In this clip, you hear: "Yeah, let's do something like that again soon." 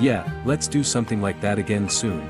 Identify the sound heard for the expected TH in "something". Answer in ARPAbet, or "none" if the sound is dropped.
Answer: TH